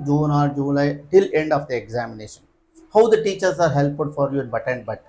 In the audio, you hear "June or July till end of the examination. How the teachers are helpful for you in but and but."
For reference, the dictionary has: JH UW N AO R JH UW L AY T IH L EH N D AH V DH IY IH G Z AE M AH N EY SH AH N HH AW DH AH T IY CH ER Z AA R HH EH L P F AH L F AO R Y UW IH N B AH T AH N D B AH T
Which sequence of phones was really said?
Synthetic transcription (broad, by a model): JH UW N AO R JH UW L AY T IH L EH N D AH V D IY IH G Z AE M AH N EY SH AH N HH AW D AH T IY CH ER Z AA R HH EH L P AH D F AO R Y UW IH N B AH T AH N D B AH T